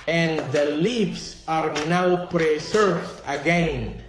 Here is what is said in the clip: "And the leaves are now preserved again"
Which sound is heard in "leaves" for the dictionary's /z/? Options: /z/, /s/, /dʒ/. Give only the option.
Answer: /s/